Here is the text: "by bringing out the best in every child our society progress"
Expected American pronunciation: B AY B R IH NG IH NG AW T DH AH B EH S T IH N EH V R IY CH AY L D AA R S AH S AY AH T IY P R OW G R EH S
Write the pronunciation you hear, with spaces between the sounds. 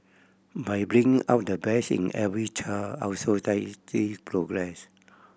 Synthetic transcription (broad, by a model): B AY B R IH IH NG AW T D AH B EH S IH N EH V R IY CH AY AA W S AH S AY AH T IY P R OW G R EH S